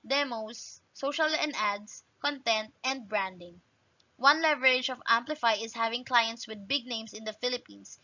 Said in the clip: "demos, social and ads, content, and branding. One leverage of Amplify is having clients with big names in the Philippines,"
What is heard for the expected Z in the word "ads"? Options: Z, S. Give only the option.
S